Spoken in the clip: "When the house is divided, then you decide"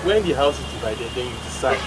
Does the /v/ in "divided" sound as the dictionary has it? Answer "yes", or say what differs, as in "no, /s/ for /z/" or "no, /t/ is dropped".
no, /b/ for /v/